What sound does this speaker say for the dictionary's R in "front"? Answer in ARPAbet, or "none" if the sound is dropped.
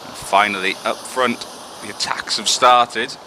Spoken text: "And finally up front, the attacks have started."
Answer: R